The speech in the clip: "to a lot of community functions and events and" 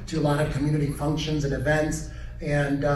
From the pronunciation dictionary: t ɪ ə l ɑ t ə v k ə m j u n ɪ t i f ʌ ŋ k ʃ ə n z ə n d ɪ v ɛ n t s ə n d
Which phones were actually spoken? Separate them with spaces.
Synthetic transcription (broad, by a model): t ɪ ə l ɑ t ə v k ə m j u n ɪ t i f ʌ ŋ k ʃ ə n z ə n ɪ v ɛ n t s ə n